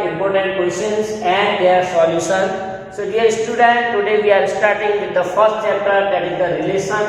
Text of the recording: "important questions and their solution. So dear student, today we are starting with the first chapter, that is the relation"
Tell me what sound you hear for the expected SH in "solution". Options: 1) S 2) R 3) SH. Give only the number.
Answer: 1